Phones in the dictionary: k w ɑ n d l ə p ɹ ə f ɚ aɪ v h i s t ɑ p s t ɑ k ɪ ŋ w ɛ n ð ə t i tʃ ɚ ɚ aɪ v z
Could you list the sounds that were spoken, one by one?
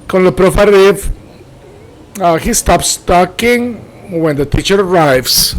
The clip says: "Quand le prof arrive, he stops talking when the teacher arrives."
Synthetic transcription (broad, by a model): k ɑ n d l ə p ɹ ə f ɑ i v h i s t ɑ p s t ɑ k ɪ ŋ w ɛ n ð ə t i tʃ ɚ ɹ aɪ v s